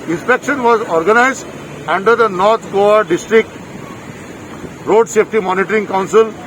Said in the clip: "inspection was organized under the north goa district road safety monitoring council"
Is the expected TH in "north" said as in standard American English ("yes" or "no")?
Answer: no